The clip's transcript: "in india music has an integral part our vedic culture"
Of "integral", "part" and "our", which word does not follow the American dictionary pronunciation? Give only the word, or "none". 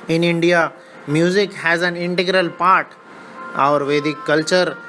none